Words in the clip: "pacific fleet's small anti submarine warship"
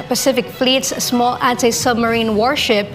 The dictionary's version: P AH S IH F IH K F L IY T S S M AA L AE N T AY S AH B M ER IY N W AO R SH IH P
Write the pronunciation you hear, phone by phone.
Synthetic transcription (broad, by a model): P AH S IH F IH K F L IY T S S M AA L AE N T AY S AH B M ER IY N W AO R SH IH P